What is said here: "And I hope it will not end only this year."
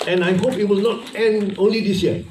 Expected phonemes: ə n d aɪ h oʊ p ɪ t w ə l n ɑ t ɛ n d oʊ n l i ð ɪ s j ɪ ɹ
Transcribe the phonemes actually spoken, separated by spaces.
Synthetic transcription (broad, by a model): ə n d aɪ h oʊ p ɪ t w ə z n ɑ t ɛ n oʊ n l i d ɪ s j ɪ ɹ